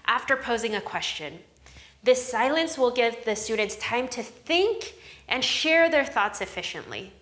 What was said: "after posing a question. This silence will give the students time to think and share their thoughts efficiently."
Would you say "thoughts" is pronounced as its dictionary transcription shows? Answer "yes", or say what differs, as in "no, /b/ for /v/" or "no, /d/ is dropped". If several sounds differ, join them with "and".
yes